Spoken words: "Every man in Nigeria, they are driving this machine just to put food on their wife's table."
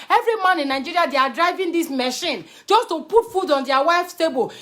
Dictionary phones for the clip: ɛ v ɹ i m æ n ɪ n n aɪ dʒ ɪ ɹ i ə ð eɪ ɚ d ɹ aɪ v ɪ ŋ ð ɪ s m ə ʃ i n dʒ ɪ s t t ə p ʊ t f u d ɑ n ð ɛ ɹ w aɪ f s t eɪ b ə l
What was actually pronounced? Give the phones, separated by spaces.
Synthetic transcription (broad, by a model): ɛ v ɹ i m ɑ n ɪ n n aɪ dʒ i ɹ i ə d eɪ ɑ d ɹ aɪ v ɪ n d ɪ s m ə ʃ i n dʒ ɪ s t t ə p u t f u d ɑ n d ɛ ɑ w aɪ f s t eɪ b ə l